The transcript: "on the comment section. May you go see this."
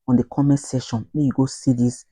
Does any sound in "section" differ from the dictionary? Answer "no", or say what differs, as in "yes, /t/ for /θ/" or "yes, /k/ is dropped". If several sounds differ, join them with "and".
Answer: yes, /k/ is dropped